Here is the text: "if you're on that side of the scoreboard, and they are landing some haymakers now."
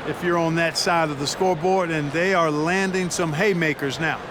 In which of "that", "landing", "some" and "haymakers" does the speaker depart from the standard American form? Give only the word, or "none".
none